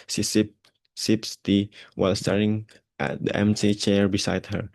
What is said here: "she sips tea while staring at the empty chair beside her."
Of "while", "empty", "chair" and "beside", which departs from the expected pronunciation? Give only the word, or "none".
empty